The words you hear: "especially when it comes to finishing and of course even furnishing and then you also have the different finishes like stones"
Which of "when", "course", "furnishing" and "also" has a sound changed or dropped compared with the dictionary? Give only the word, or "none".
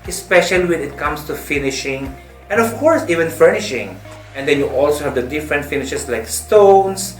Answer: none